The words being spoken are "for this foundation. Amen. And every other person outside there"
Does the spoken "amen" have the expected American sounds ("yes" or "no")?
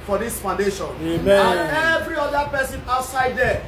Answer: no